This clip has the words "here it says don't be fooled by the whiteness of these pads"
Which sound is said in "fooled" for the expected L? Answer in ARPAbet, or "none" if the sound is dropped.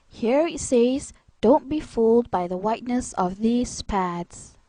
L